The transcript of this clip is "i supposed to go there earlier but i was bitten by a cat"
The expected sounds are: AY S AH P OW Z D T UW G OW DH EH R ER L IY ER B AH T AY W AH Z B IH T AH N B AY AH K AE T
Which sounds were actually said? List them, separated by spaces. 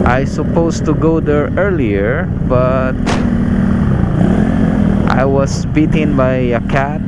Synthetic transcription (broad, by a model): AY S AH P OW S T UW G OW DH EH R ER L IY ER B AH T AY W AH S B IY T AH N B AY AH K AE T